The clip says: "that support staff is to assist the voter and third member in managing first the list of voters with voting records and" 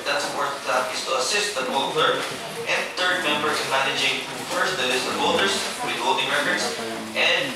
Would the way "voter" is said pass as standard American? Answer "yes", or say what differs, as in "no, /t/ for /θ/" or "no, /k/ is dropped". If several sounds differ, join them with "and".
no, /b/ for /v/